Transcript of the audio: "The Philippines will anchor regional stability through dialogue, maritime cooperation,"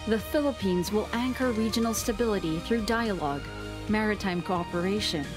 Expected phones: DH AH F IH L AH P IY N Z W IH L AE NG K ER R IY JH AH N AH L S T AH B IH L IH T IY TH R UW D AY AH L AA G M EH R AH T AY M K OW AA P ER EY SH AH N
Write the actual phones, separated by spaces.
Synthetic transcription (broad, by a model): DH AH F IH L AH P IY N Z W IH L AE NG K ER R IY JH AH N L S T AH B IH L IH T IY TH R UW D AY AH L AA G M EH R AH T AY M K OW AA P ER EY SH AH N